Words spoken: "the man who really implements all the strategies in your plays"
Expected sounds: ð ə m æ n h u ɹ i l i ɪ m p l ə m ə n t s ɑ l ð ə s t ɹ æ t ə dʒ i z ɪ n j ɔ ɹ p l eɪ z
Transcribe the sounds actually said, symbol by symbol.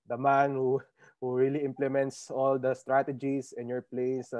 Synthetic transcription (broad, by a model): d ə m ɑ n h u ɹ i l i ɪ m p l ə m ə n t s ɑ l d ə s t ɹ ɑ t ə dʒ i s ɪ n j ɔ ɹ p l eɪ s